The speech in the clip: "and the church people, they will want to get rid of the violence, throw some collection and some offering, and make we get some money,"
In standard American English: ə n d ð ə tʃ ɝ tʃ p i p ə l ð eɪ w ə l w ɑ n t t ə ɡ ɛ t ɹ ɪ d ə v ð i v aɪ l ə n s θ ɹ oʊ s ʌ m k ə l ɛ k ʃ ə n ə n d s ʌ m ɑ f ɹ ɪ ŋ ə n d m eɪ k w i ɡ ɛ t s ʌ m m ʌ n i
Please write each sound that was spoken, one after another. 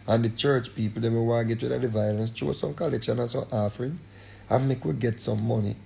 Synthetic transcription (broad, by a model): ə n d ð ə tʃ ɝ tʃ p i p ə l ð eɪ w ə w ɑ ɡ ɛ t w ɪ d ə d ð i v aɪ l ə n s t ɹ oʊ s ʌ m k ə l ɛ k ʃ ə n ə n s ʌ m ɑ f ɹ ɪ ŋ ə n m eɪ k w i ɡ ɛ t s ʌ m m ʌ n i